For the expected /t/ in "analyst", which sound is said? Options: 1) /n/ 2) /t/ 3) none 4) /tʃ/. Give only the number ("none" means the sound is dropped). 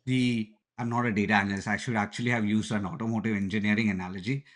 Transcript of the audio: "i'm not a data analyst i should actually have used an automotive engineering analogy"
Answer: 3